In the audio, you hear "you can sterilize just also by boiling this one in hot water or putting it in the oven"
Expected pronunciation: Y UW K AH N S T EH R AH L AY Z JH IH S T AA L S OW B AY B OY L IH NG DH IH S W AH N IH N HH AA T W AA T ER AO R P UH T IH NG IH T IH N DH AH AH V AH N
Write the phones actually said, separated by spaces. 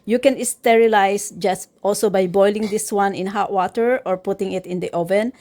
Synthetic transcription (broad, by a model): Y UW K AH N S T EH R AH L AY S JH IH S T AA L S OW B AY B OY L IH NG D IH S W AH N IH N HH AA T W AA T ER AO R P UH T IH NG IH T IH N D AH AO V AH N